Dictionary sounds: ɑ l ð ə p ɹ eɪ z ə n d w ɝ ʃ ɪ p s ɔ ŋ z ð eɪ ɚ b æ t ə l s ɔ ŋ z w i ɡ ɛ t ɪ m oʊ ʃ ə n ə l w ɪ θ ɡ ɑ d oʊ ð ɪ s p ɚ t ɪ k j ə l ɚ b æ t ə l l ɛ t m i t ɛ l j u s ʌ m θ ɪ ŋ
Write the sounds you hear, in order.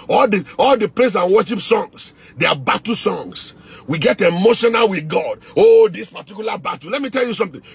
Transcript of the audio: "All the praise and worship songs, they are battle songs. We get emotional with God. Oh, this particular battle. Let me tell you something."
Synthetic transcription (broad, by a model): ɑ l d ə p l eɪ s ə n w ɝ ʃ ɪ p s ɔ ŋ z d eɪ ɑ b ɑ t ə s ɔ ŋ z w i ɡ ɛ t ɪ m oʊ ʃ ə n ə l w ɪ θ ɡ ɑ d oʊ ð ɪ s p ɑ t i k j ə l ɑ b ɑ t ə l l ɛ t m i t ɛ l j u s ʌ m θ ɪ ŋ